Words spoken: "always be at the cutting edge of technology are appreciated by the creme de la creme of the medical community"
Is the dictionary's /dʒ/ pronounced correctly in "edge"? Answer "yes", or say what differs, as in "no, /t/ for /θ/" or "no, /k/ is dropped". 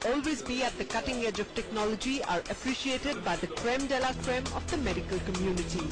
yes